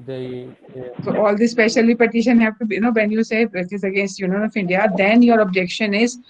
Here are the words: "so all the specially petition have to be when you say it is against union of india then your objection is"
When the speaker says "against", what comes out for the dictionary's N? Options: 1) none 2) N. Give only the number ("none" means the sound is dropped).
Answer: 2